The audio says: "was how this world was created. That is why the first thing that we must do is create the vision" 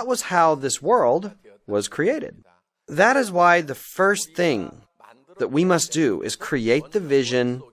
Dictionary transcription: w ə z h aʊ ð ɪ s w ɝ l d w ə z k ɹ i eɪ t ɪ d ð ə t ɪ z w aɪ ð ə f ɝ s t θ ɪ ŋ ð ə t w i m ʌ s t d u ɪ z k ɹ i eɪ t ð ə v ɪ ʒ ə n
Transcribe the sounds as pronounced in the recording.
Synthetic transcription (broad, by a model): w ə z h aʊ ð ɪ s w ɝ l d w ə z k ɹ i eɪ t ɪ d ð ə t ɪ z w aɪ ð ə f ɝ s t θ ɪ ŋ ð ə t w i m ʌ s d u ɪ z k ɹ i eɪ t ð ə v ɪ ʒ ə n